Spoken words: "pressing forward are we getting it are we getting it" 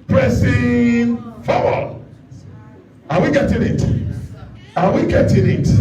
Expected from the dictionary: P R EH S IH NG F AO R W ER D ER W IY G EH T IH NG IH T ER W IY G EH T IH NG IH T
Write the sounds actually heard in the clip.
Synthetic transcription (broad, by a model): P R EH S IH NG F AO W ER AA W IY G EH T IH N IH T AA W IY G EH T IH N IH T